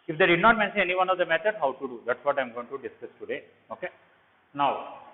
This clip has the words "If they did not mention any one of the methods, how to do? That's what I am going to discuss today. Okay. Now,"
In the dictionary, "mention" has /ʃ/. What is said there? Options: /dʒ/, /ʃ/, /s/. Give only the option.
/s/